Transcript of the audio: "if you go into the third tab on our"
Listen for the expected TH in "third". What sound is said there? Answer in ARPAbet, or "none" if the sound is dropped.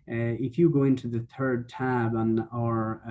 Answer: TH